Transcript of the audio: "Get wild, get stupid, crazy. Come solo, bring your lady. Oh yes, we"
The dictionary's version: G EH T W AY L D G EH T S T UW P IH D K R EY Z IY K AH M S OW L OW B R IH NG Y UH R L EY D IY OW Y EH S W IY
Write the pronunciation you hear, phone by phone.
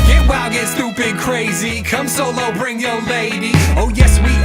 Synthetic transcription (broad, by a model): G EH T W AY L G EH T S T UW B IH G K R EY Z IY K AH M S OW L OW B R IH NG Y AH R L EY D IY OW Y EH S W IY